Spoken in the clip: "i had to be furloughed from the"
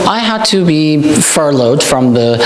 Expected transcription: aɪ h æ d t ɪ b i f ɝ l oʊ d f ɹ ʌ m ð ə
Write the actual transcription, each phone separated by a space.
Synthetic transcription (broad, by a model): aɪ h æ d t ɪ b i f ɝ l oʊ d f ɹ ʌ m ð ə